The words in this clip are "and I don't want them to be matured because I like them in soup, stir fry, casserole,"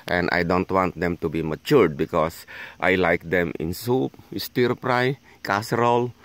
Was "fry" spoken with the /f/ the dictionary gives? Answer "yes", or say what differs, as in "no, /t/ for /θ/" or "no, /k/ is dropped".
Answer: no, /p/ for /f/